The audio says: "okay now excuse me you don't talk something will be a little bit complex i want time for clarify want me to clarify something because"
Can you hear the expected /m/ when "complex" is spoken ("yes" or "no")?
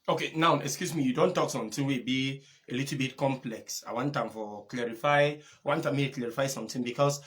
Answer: yes